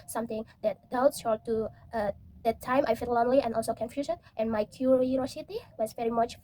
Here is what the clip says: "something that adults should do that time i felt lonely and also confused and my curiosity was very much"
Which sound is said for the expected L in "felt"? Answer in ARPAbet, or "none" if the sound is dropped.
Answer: none